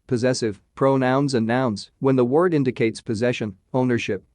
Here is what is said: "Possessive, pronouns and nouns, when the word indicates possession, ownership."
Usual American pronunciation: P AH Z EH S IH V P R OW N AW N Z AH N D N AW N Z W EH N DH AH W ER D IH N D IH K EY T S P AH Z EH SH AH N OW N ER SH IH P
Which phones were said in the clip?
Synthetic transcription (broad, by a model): P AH Z EH S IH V P R OW N AW N Z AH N N AW N Z W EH N DH AH W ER D IH N D IH K EY T S P AH Z EH SH AH N OW N ER SH IH P